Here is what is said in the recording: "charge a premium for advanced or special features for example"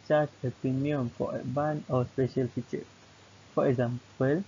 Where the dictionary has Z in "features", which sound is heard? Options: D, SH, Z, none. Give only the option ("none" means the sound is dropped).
none